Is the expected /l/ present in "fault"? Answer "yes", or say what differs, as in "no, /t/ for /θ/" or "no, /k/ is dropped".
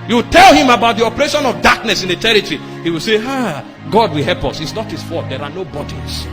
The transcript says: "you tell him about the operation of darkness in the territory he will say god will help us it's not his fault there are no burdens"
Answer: no, /l/ is dropped